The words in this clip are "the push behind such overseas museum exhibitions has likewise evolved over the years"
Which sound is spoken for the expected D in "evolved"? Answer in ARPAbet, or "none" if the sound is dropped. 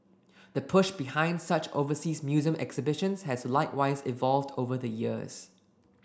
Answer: D